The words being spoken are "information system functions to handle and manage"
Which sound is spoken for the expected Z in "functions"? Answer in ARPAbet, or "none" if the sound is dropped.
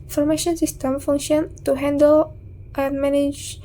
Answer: none